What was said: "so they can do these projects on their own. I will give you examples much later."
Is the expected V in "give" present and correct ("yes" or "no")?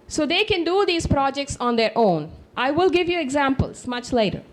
yes